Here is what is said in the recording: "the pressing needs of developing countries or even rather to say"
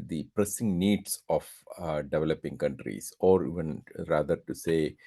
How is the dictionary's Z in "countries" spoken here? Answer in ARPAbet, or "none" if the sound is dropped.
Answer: S